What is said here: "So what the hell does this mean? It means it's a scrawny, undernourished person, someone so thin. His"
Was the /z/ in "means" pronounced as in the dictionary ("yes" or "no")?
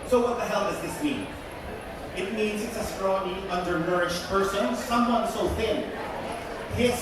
yes